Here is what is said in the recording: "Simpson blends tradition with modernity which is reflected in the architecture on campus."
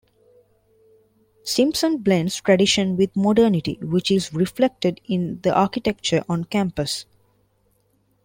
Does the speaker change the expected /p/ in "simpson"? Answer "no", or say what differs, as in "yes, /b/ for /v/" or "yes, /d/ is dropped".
no